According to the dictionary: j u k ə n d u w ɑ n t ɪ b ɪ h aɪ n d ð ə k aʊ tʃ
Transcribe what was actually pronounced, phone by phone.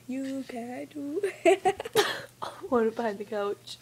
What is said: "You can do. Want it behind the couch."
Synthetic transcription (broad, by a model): j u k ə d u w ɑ t ɪ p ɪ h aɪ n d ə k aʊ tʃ